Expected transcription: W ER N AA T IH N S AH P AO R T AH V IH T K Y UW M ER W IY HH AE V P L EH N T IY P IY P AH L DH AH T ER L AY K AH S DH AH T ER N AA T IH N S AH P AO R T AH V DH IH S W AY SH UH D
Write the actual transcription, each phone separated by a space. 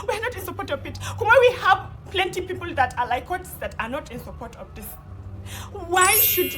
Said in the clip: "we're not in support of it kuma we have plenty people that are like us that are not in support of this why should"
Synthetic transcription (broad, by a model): W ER N AA T IH N S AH P AO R T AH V IH T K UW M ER W IY HH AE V P L EH N T IY P IY P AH L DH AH T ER L AY K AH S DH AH T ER N AA T IH N S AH P AO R T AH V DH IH S W AY SH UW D